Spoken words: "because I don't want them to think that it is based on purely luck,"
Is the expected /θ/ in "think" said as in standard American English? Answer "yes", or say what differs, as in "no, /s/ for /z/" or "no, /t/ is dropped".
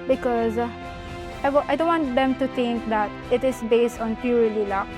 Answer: no, /t/ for /θ/